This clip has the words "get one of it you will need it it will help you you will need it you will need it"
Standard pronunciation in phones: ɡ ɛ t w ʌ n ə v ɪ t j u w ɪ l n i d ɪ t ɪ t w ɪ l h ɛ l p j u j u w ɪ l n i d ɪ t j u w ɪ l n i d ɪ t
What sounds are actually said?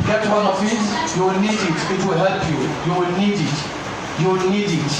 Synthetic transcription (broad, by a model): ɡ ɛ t w ʌ n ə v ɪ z j u w ɪ l n i d ɪ t ɪ t w ɪ l h ɛ l p j u j u w ɪ l n i d ɪ t j u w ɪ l n i d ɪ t